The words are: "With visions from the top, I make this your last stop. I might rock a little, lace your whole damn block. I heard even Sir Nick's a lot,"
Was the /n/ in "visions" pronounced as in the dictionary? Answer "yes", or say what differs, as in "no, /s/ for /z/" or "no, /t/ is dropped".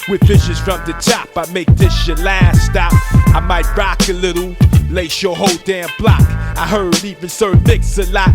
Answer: no, /n/ is dropped